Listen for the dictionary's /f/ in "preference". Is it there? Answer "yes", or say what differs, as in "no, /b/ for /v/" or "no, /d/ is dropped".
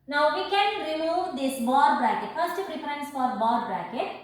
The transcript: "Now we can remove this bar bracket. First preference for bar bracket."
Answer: no, /p/ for /f/